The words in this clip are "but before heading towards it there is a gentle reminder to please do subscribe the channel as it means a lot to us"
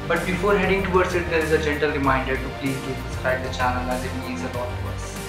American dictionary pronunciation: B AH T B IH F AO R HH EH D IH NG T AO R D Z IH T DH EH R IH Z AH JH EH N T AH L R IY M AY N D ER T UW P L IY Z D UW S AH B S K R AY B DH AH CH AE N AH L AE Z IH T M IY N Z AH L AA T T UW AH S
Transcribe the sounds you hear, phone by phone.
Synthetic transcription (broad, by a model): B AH T B IH F AO R HH EH D IH NG T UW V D S IH T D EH R IH Z AH JH EH N T AH L R IY M AY N D ER T UW P L IY Z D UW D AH S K R AY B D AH CH AE N AH L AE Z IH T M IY Z AH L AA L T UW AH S